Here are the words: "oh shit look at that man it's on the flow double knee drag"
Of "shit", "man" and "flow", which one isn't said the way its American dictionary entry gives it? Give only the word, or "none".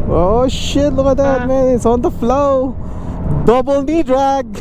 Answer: man